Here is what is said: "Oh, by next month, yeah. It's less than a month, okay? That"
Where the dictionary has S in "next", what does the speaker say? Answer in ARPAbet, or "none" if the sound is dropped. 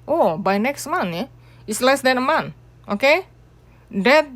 S